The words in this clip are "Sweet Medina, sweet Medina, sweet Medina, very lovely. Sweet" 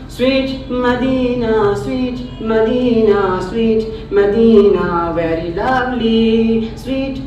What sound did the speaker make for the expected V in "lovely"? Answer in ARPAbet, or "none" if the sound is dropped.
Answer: B